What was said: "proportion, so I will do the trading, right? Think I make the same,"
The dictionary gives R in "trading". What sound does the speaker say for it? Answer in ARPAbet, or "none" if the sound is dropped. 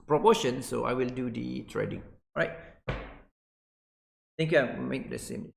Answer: R